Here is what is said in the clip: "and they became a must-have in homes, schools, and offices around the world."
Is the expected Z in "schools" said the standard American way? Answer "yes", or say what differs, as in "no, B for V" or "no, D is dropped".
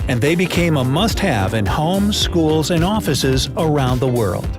yes